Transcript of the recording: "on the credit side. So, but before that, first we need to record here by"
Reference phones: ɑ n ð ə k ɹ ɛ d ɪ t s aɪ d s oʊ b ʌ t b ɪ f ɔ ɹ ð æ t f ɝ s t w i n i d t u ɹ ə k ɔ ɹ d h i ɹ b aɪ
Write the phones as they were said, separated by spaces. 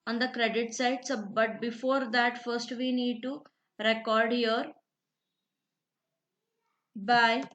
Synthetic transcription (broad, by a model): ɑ n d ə k ɹ ɛ d ɪ t s aɪ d s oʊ b ʌ t b ɪ f ɔ ɹ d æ t f ɝ s t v i n i d t u ɹ ə k ɔ ɹ d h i ɹ b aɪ